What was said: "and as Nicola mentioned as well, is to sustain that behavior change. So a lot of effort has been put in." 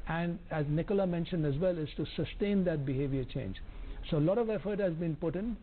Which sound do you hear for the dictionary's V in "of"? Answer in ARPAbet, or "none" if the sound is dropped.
V